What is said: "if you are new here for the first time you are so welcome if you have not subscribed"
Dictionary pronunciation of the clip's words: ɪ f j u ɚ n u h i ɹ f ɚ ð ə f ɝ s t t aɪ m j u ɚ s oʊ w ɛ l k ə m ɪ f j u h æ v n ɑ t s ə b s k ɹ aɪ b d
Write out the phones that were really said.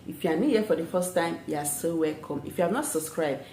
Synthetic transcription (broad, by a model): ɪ f j u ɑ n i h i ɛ f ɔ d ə f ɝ s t t aɪ m j u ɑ s oʊ w ɛ l k ə m ɪ f j u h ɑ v n ɑ t s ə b s k ɹ aɪ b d